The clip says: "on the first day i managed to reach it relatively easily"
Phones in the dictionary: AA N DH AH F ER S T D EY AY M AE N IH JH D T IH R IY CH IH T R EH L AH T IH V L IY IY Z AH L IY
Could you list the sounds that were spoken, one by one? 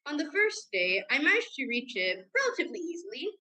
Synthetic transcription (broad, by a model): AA N DH AH F ER S D EY AY M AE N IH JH T IH R IY CH IH T R EH L AH T IH V L IY IY Z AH L IY